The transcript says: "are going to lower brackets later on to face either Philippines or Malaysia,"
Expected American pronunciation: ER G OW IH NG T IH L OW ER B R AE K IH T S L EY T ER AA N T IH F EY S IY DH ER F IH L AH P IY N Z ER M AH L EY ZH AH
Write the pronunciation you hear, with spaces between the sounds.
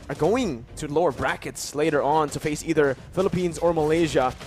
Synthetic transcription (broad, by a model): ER G OW IH NG T IH L OW ER B R AE K IH T S L EY T ER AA N T IH F EY S IY DH ER F IH L AH P IY N Z ER M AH L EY ZH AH